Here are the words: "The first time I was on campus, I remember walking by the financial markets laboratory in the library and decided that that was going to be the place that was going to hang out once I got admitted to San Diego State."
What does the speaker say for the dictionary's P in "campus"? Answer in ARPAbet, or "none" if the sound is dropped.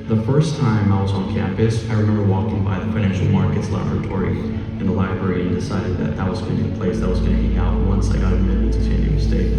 P